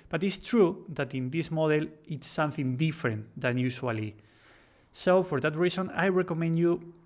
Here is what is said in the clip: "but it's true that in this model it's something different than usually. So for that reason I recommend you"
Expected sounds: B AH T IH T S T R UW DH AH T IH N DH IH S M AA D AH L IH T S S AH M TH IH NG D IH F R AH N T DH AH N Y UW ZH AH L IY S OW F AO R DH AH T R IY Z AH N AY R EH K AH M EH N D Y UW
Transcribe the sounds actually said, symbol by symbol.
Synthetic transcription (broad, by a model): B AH T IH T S T R UW DH AH T IH N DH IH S M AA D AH L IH T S S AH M TH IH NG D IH F R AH N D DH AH N Y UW SH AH L IY S OW F AO R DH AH T R IY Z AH N AY R EH K AH M EH N D Y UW